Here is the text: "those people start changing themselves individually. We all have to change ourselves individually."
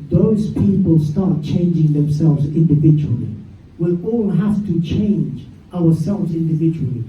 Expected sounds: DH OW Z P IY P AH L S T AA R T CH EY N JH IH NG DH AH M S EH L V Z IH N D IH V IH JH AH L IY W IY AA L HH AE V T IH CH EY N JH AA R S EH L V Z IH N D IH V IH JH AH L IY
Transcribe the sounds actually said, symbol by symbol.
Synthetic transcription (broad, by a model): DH OW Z P IY P AH L S T AA R T CH EY N JH IH NG DH AH M S EH L V Z IH N D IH V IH JH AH L IY W IY AA L HH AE F T IH CH EY N JH AA R S EH L V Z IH N D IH V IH JH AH L IY